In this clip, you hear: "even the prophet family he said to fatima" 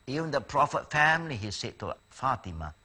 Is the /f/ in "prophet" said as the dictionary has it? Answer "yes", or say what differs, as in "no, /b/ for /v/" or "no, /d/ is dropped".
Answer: yes